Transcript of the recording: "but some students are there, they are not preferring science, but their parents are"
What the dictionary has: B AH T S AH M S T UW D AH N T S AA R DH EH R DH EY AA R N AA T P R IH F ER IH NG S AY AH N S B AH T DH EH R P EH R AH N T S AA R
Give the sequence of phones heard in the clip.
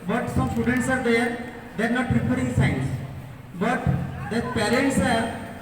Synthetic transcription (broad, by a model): B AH T S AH M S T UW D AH N T S AA R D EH R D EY R N AA T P R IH P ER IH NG S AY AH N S B AH T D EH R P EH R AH N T S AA R